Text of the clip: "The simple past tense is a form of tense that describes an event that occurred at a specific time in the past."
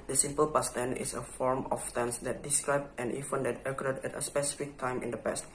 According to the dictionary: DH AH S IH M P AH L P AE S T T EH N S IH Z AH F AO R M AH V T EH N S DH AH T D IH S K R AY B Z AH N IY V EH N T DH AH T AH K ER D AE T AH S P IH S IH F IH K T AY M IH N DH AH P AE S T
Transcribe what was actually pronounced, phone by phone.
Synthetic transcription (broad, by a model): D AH S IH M P AH L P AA S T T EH N IH S AH F AO R M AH F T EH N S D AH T D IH S K R AY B AH N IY F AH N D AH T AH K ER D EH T AH S P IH S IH F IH K T AY M IH N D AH P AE S T